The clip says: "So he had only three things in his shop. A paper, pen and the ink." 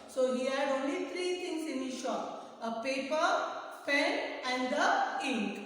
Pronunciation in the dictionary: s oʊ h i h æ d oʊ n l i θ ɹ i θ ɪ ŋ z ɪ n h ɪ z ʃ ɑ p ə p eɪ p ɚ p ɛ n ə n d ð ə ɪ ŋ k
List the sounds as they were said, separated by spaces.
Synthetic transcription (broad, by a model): s oʊ h i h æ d oʊ n l i t ɹ i t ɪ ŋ s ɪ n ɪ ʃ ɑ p ə p eɪ p ɚ f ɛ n ə n d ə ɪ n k